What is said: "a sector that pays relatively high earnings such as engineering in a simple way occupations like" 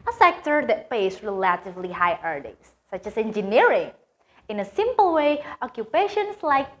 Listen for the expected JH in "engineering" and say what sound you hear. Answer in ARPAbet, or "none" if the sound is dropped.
JH